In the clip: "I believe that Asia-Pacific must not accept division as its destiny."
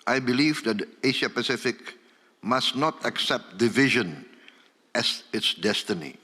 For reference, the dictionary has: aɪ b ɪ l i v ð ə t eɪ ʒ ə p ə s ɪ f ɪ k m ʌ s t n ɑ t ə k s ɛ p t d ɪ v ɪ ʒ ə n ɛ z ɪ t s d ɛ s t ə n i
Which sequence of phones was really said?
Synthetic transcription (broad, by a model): aɪ b ɪ l i v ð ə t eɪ ʃ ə p ə s ɪ f ɪ k m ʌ s n ɑ t ə k s ɛ p t d ɪ v ɪ ʒ ə n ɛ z ɪ t s d ɛ s t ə n i